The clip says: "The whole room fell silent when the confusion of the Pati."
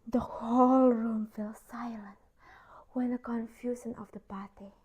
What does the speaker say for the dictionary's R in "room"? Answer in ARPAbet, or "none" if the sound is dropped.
R